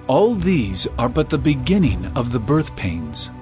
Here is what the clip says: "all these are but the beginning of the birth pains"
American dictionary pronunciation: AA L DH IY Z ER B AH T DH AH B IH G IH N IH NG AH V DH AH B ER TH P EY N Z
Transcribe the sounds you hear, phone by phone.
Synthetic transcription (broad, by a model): AA L DH IY Z ER B AH T DH AH B IH G IH N IH NG AH V DH AH B ER TH P EY N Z